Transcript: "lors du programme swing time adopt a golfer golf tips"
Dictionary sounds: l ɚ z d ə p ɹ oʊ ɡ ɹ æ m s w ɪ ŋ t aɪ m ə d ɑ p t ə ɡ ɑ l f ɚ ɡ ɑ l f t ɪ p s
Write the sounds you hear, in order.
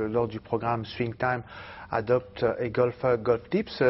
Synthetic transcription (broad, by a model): l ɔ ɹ d ə p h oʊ ɡ ɹ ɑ m s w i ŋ t aɪ m ə d ɑ p t ə ɡ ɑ l f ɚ ɡ ɑ l f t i p s